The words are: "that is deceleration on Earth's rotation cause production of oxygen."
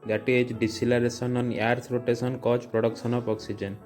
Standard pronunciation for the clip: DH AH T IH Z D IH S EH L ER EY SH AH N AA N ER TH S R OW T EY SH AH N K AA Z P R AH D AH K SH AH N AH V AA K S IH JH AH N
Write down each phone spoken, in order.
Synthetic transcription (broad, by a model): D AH T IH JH D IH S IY L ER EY S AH N AA N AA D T R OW T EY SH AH N K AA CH P R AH D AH K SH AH N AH P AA K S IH JH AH N